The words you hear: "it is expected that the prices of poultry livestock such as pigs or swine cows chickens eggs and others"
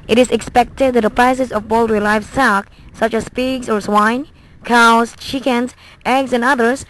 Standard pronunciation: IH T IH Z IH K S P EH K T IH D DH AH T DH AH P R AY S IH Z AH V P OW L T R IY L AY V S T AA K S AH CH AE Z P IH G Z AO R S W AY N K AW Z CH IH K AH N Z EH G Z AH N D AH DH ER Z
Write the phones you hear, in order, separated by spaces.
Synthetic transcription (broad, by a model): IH T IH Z IH K S P EH K T IH D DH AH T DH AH P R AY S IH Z AH V B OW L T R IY L AY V S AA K S AH CH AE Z P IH G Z AO R S W AY N K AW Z CH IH K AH N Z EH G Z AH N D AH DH ER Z